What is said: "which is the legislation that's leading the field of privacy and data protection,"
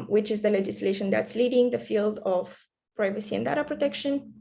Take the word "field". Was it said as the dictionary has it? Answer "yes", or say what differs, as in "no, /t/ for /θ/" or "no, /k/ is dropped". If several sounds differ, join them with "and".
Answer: yes